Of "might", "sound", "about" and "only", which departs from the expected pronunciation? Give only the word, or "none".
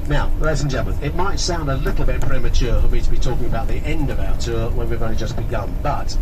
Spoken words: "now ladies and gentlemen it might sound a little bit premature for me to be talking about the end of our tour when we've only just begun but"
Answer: only